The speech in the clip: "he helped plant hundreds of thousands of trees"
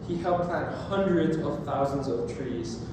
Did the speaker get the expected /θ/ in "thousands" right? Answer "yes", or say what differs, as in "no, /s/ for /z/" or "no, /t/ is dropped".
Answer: yes